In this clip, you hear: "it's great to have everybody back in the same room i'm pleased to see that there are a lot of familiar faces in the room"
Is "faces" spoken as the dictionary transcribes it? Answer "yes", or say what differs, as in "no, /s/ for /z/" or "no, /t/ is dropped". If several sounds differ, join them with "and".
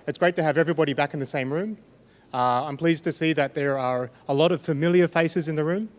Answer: yes